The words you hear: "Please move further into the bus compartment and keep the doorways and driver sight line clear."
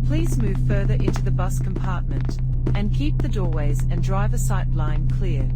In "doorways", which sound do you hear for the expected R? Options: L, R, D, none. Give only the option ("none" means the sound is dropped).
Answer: R